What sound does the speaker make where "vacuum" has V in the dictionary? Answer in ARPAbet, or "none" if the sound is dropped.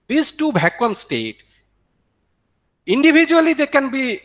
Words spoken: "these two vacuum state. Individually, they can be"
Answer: B